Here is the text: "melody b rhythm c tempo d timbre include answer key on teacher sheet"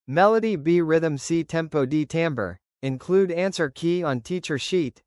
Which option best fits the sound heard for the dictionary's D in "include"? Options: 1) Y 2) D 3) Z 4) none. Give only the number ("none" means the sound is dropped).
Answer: 2